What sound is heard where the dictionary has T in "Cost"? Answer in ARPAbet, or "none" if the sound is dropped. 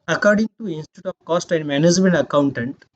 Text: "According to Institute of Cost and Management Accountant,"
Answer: T